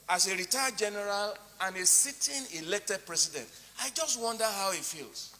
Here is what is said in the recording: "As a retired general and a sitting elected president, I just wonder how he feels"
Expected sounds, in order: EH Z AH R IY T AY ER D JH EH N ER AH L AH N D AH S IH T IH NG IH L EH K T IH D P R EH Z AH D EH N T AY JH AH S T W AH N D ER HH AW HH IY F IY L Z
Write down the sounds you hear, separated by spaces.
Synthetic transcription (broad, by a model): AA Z AH R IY T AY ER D JH EH N ER AH L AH N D AH S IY T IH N IH L EH K T IH D P R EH S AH D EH N T AY JH AH S T W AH N D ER HH AW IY F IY L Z